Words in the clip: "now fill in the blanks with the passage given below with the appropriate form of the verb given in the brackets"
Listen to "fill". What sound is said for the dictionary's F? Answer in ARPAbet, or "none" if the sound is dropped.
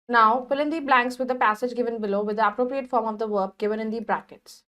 P